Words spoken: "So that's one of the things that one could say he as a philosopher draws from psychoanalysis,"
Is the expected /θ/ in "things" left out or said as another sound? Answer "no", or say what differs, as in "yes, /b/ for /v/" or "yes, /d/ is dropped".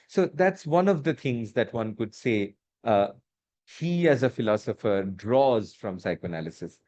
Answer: yes, /t/ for /θ/